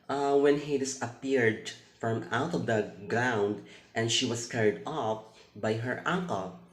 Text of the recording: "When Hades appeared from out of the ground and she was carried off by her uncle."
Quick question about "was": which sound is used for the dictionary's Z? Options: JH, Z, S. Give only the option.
S